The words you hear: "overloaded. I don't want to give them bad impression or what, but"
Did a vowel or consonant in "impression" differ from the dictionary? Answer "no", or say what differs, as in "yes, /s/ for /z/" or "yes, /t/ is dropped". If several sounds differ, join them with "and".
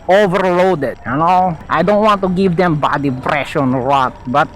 yes, /m/ is dropped